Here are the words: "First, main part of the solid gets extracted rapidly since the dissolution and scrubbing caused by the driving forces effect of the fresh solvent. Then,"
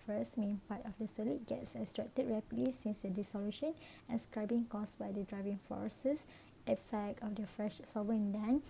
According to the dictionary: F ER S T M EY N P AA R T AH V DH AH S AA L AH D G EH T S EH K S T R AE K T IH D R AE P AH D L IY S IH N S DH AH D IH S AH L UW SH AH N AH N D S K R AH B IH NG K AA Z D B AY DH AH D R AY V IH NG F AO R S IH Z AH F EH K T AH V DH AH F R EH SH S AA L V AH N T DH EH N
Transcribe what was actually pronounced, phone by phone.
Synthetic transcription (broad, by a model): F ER S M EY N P AA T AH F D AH S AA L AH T G EH T S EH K S T R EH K T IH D R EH P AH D L IY S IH N S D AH D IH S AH L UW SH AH N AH N S K R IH B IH NG K AA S B AY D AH D R AY V IH NG F AO R S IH S AH F EH K T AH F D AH F R EH SH S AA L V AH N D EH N